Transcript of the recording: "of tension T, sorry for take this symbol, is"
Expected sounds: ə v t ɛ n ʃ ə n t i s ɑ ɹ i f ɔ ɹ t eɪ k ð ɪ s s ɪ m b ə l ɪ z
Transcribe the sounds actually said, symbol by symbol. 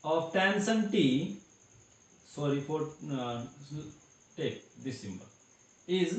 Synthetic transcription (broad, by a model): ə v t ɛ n s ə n t i s ɑ ɹ i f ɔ ɹ t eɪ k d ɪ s s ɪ m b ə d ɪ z